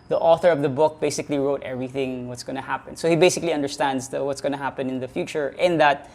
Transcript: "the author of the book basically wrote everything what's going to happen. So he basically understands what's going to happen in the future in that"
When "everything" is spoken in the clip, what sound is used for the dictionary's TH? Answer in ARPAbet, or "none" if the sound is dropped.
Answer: TH